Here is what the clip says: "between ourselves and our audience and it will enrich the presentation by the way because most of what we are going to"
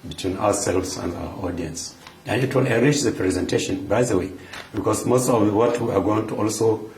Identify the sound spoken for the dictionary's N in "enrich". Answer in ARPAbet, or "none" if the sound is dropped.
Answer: none